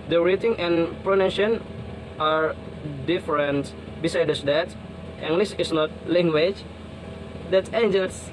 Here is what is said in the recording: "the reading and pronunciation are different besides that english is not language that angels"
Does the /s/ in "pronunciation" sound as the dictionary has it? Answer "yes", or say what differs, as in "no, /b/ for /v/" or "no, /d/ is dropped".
no, /s/ is dropped